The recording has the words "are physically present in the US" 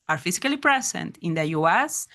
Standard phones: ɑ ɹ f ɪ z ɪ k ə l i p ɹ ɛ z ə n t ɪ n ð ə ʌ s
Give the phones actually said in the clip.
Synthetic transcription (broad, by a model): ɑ ɹ f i s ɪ k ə l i p ɹ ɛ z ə n t ɪ n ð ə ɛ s